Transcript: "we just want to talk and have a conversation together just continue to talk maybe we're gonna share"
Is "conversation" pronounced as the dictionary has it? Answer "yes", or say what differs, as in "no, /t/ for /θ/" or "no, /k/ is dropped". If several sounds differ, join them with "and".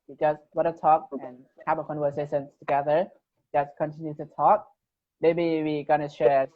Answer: no, /w/ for /v/ and /s/ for /ʃ/